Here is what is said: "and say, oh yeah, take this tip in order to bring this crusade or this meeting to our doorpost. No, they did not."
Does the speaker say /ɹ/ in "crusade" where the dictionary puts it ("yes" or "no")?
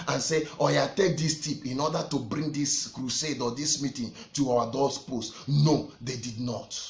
yes